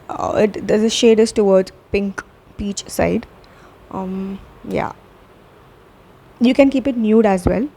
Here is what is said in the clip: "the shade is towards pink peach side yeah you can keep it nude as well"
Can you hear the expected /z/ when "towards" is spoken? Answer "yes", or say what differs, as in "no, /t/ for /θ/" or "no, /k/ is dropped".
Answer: no, /z/ is dropped